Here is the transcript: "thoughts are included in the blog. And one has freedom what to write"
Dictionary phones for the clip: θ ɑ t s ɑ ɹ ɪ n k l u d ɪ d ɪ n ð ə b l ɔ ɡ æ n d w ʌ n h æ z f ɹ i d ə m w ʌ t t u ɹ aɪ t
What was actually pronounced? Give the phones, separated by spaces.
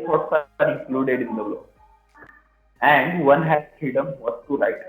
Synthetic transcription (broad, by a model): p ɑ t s ɑ ɹ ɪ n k l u d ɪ d ɪ n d ə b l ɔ æ n d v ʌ n h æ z f ɹ i d ə m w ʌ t t u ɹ aɪ t